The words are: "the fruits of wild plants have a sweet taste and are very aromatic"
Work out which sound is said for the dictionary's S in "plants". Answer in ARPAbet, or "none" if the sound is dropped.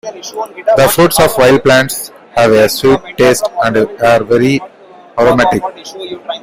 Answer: S